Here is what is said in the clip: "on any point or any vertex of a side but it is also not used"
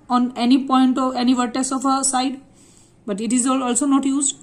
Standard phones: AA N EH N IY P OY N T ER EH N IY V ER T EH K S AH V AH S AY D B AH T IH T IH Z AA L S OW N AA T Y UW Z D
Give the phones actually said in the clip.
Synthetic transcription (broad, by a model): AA N EH N IY P OY N T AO EH N IY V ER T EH S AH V AH S AY D B AH T IH T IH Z AA L S OW N AA T Y UW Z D